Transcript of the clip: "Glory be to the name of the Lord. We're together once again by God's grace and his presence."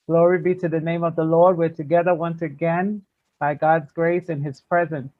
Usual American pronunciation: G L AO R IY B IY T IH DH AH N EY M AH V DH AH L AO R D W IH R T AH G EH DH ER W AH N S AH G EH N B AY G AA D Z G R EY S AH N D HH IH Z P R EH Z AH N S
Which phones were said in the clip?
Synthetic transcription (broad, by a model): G L AO R IY B IY T IH DH AH N EY M AH V DH AH L AO R D W IH R T AH G EH DH ER W AH N S AH G EH N B AY G AA D Z G R EY S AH N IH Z P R EH Z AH N S